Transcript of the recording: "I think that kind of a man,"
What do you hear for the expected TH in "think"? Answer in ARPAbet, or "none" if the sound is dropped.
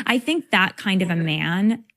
TH